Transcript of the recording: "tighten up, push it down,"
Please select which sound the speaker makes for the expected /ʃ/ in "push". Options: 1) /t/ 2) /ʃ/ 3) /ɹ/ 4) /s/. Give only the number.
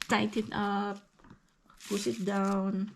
4